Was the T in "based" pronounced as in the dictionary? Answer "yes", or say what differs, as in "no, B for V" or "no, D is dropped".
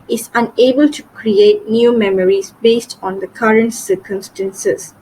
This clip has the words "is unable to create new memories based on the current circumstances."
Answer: yes